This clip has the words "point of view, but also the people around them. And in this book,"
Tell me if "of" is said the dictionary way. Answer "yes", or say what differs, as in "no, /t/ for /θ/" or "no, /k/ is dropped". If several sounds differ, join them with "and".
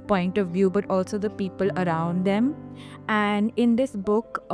yes